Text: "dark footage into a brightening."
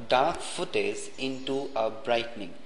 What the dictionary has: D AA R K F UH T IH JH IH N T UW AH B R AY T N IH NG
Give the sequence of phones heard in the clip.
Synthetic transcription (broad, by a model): D AA R K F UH T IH Z IH N T UW AH B R AY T N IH NG